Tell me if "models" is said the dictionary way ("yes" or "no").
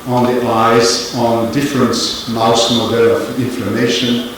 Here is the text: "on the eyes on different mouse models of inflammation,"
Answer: no